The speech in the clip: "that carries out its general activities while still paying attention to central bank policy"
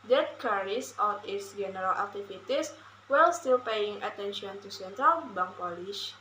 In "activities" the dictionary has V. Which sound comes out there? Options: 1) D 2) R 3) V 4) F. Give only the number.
4